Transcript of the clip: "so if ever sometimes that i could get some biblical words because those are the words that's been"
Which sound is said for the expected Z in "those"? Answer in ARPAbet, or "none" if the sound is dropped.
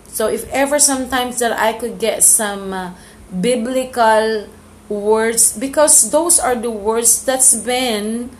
S